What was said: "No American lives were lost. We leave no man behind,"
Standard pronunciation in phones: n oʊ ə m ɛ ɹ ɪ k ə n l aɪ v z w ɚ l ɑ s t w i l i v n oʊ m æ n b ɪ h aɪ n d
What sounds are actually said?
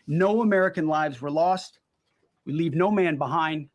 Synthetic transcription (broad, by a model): n oʊ ə m ɛ ɹ ɪ k ə n l aɪ v z w ɚ l ɑ s t w i l i v n oʊ m æ n b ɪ h aɪ n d